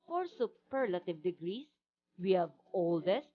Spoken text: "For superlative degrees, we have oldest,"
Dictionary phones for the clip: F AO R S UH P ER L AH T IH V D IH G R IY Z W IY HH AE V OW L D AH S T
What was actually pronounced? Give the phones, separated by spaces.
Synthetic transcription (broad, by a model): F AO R S UH P ER L AH T IH V D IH G R IY S W IY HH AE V OW L D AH S T